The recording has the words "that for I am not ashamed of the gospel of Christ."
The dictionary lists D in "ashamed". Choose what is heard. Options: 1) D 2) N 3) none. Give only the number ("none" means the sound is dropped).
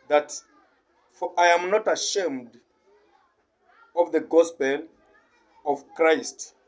1